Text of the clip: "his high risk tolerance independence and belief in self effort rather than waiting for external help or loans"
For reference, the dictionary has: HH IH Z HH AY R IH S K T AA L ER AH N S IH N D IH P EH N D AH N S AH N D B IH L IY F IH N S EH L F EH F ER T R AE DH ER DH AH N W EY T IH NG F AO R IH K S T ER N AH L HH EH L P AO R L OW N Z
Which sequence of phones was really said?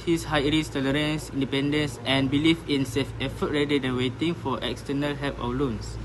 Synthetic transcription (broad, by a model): HH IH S HH AY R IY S T AA L ER AH N S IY N D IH P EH N D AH N S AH N B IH L IY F IH N S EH F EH F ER T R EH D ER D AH N W EY T IH NG F AO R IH K S T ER N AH L HH EH L P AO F L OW N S